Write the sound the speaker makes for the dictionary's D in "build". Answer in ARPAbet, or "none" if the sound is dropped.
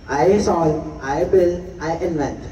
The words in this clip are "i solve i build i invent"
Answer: none